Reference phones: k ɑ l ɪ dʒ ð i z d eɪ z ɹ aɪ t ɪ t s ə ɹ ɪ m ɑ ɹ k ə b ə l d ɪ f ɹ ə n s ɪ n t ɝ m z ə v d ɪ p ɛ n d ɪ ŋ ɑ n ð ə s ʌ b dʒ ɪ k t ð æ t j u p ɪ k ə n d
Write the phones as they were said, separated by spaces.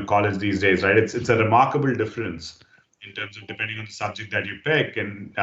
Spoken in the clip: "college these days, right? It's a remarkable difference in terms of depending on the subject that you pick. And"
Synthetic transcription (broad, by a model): k ɑ l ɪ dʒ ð i z d eɪ z ɹ aɪ t ɪ t s ə ɹ ɪ m ɑ ɹ k ə b ə l d ɪ f ɹ ə n s ɪ n t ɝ m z ə v d ɪ p ɛ n d ɪ ŋ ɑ n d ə s ʌ b dʒ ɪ k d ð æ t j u p ɪ k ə n